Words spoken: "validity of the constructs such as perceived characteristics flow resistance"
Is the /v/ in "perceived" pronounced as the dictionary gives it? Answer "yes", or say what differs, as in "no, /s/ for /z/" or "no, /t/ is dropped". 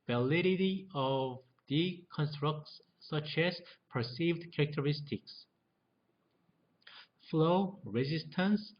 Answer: yes